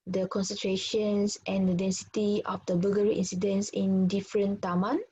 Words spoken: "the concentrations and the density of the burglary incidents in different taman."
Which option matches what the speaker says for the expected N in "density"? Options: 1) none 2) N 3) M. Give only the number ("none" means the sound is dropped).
2